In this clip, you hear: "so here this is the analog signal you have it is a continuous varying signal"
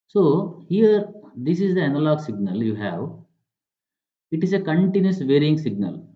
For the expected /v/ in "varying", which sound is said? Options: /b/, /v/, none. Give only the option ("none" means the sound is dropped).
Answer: /v/